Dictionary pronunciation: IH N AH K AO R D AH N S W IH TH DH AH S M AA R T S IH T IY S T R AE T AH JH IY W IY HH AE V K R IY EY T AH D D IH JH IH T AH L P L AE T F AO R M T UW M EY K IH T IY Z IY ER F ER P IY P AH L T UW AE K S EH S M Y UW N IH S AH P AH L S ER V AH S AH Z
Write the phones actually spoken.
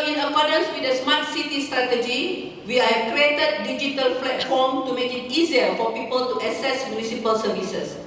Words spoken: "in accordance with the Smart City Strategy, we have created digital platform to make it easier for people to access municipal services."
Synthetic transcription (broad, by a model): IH N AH K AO D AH N S W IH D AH S M AA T S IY T IY S T R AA T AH JH IY W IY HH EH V K R IY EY T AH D D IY JH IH T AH L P L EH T F AO M T UW M EY K IH T IY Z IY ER F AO P IY P AH L T UW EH S EH S M Y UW N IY S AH P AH L S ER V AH S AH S